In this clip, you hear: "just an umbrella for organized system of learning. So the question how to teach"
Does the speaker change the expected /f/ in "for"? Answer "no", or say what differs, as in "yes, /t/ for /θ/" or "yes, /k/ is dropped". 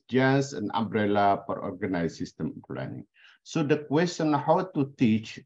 yes, /p/ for /f/